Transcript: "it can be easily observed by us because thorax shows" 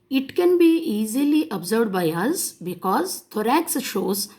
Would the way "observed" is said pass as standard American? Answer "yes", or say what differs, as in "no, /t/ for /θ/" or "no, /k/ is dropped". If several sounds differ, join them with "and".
no, /v/ is dropped